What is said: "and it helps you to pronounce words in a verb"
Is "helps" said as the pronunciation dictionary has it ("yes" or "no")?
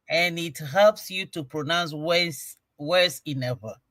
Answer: yes